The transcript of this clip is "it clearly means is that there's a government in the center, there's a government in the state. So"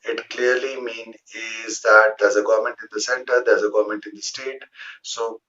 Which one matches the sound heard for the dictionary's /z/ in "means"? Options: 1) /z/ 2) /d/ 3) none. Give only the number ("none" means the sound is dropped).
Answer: 3